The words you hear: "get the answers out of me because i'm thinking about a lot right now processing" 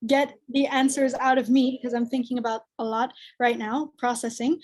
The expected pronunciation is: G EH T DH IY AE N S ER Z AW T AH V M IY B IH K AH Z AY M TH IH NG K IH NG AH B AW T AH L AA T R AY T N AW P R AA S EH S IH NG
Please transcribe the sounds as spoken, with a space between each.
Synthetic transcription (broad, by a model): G EH T DH IY AE N S ER Z AW T AH V M IY B IH K AH Z AY M TH IH NG K IH NG AH B AW T AH L AA T R AY T N AW P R AA S EH S IH NG